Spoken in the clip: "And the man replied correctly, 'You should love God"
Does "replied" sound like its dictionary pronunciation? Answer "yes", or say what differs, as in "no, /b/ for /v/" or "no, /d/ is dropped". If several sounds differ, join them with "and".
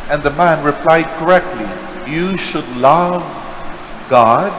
yes